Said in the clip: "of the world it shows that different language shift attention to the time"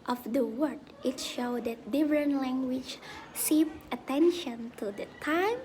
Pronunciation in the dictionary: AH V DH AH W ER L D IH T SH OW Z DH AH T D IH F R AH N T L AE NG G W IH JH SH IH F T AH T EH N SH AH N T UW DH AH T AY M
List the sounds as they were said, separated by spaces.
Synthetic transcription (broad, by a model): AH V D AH W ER D IH T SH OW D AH T D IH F R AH N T L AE NG G W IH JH S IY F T AH T EH N SH AH N T UW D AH T AY M